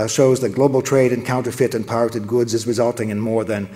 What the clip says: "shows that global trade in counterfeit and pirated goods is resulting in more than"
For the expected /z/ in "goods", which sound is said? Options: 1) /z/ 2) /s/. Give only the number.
1